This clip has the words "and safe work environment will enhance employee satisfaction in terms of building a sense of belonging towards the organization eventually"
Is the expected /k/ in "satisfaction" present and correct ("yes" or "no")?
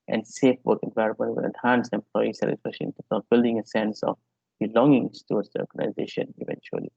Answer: no